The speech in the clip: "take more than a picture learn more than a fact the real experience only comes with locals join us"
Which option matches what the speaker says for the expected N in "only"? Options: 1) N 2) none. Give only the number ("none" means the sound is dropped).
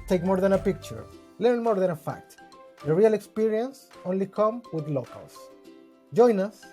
1